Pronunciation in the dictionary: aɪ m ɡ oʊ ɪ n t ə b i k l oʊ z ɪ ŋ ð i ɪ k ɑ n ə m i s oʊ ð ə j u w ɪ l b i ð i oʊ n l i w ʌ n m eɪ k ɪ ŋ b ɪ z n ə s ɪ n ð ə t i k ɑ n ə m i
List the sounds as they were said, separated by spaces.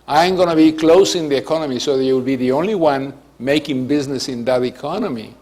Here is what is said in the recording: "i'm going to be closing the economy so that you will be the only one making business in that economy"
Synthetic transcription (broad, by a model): aɪ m ɡ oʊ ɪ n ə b i k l oʊ s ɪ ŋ ð i ɪ k ɑ n ə m i s oʊ ð ə j u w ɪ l b i ð i oʊ n l i w ʌ n m eɪ k ɪ ŋ b ɪ z n ə s ɪ n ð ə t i k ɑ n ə m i